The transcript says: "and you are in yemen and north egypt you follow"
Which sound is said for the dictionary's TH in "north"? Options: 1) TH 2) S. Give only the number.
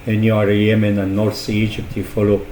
2